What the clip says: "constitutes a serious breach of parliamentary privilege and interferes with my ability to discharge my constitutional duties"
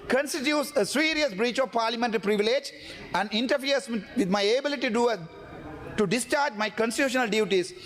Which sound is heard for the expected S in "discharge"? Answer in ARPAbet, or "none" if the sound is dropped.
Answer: S